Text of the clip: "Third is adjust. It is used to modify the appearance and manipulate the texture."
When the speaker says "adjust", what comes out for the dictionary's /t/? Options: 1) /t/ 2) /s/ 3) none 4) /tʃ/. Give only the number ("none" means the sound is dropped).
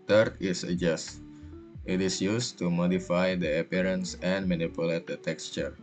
1